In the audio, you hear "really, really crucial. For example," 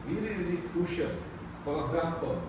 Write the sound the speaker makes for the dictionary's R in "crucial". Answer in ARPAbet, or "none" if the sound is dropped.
none